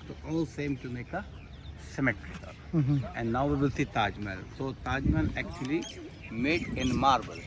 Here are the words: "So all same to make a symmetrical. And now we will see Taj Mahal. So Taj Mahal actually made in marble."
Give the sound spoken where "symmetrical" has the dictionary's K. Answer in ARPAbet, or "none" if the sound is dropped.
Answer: none